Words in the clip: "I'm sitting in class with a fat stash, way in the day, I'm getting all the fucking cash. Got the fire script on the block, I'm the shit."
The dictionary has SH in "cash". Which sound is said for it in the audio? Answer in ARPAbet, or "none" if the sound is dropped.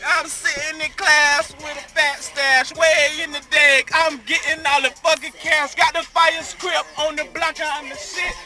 S